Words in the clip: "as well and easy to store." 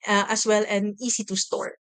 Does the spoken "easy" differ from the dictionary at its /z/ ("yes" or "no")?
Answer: yes